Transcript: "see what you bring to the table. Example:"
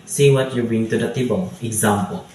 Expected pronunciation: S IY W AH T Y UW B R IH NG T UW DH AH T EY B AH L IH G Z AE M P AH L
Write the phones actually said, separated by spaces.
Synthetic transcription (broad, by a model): S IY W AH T Y UW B IH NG T UW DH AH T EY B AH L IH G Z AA M P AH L